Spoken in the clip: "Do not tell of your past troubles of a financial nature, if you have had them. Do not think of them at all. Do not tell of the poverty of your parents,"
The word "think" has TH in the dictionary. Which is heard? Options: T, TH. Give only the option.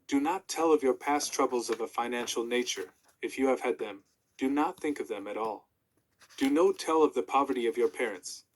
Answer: TH